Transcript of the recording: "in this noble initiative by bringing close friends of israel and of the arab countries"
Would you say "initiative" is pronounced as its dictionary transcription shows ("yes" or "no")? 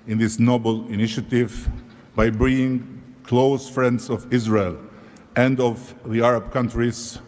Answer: yes